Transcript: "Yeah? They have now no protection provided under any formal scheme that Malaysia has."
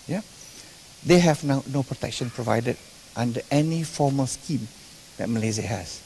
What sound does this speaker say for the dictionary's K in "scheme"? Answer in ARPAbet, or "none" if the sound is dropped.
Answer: K